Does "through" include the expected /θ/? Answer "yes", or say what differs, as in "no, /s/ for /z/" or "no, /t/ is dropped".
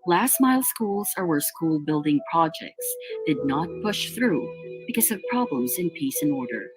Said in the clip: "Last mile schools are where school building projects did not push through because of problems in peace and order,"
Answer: yes